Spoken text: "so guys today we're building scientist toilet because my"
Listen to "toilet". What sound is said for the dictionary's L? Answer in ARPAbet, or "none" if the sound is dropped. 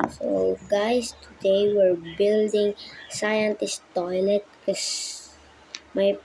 L